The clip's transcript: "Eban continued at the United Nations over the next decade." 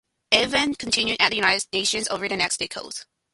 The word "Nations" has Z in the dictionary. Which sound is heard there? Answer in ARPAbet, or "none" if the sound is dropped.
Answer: Z